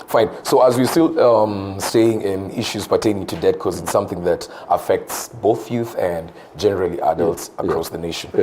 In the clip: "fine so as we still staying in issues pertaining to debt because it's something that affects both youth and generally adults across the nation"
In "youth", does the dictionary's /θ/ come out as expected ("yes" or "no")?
yes